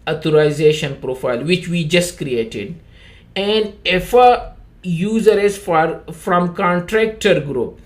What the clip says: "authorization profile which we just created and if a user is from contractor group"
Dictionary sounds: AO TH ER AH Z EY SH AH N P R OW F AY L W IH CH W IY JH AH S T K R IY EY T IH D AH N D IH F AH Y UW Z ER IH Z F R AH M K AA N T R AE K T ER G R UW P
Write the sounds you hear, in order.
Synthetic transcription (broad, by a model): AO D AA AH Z EY SH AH N P R OW F AY L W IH CH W IY JH AH S T K R IY EY T IH D AH N D IH F AH Y UW Z ER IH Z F R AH M K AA N T R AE K T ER G R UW P